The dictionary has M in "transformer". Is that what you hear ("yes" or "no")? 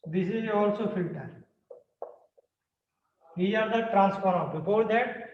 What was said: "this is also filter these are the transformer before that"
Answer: no